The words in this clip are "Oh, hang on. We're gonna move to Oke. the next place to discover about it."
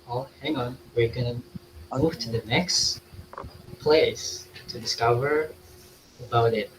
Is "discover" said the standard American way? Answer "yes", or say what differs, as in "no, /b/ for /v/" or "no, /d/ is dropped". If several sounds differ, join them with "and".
yes